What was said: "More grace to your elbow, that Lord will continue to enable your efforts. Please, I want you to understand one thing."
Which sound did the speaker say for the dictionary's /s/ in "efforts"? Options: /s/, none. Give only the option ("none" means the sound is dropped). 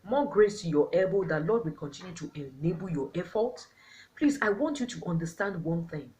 none